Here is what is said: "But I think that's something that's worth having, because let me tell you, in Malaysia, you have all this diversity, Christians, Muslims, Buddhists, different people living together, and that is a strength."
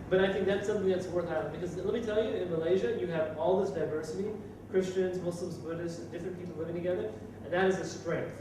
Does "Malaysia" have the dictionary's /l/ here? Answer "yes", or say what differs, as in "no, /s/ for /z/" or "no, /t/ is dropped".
yes